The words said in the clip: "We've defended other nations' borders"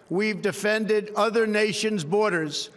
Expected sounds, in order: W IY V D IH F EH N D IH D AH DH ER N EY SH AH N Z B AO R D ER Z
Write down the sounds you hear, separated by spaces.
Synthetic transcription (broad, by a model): W IY V D IH F EH N D IH D AH DH ER N EY SH AH N Z B AO R D ER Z